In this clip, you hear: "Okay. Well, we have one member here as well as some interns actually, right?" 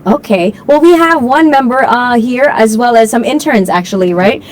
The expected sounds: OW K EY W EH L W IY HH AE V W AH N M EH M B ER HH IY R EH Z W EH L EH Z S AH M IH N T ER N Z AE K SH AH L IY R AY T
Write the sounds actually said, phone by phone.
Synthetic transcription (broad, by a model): OW K EY W EH L W IY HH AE V W AH N M EH M B ER HH IY R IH Z W EH L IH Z S AH M IH N T ER N Z AE K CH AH L IY R AY T